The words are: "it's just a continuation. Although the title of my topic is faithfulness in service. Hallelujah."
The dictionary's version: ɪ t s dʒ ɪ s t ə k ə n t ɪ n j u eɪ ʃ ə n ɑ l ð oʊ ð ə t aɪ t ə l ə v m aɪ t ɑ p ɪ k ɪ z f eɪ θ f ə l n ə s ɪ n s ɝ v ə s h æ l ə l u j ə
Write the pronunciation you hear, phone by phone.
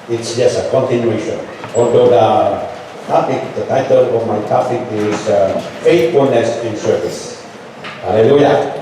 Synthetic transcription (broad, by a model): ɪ t s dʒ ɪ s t ə k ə n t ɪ n j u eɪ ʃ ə n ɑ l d oʊ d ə t aɪ t ə l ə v m aɪ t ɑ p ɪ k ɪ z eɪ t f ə n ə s ɪ n s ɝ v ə s h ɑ l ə l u j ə